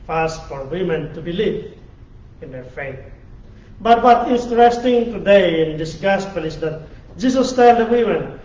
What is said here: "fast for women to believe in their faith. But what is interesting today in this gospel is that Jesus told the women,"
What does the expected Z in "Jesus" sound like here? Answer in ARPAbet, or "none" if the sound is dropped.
S